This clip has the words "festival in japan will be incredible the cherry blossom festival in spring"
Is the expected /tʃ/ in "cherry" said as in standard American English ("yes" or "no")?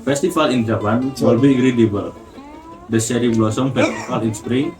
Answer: no